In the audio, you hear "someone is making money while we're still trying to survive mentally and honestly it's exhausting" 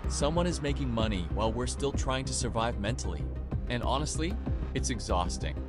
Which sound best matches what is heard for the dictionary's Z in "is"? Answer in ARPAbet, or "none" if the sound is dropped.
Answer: Z